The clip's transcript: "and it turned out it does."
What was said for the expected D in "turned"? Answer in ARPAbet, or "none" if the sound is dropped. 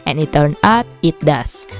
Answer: none